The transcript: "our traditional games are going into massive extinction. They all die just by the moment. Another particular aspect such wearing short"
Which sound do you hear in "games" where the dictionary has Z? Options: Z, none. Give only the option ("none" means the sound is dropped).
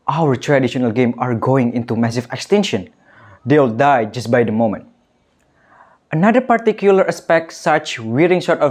none